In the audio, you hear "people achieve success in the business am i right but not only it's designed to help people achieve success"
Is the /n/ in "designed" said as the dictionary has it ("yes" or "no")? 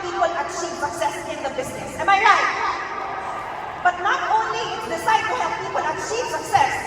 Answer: no